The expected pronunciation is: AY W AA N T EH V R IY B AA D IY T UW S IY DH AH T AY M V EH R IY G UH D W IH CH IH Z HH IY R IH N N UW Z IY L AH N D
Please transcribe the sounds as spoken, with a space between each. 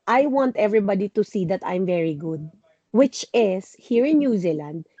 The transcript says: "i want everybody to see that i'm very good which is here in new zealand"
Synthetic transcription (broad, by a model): AY W AA N T EH V R IY B AA D IY T UW S IY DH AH T AY M V EH R IY G UH D W IH CH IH S HH IY R IH N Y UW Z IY L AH N D